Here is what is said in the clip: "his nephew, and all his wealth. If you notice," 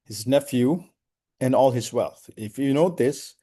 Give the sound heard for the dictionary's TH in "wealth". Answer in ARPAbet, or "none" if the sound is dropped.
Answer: TH